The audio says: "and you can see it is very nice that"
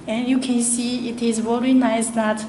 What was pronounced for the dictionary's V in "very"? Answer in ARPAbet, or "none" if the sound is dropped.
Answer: W